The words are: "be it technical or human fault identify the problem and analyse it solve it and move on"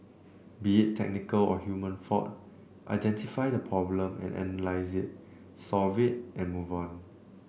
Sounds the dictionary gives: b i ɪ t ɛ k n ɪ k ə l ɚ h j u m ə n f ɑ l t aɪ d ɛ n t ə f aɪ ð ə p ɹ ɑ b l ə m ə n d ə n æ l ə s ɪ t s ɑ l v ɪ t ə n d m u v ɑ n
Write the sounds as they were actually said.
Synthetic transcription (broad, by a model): b i ɪ t ɛ k n ɪ k ə l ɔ h j u m ə n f ɑ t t aɪ d ɛ n t ə f aɪ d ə p ɹ ɑ b l ə m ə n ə n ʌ l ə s ɪ t s ɑ l v ɪ t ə n m u v ɑ n